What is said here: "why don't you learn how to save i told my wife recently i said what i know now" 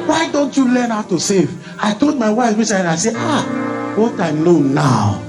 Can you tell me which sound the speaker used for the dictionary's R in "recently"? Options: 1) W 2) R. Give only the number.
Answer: 1